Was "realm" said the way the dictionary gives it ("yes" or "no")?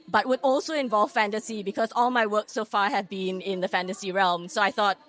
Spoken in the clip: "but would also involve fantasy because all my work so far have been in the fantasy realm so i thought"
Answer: yes